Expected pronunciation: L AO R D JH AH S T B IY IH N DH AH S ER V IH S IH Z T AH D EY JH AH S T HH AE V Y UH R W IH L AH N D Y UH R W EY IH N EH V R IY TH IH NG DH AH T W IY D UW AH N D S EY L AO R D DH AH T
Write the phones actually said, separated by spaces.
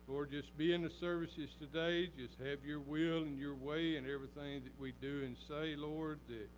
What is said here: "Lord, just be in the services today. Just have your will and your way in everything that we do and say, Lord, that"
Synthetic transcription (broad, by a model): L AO R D JH AH S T B IY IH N DH AH S ER V IH S IH Z T AH D EY JH AH S T HH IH V Y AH R W IH L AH N Y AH R W EY IH N EH V R IY TH IH NG DH AH T W IY D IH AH N S EY L AO R D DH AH T